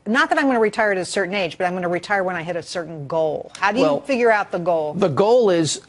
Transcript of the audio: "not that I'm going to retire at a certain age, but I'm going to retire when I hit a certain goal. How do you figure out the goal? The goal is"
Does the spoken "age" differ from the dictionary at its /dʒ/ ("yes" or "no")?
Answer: no